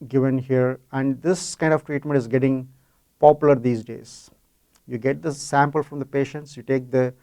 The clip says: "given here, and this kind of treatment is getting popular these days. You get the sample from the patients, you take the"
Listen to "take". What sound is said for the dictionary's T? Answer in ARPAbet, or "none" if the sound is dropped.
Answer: T